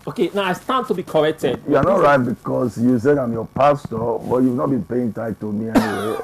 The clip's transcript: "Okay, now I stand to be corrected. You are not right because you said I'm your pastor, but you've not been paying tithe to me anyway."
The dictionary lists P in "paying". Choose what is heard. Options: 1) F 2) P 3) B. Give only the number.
2